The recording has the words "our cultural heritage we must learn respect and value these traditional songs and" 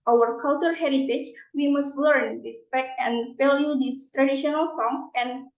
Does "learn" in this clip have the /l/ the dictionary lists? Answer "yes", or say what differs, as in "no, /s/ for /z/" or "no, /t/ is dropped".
yes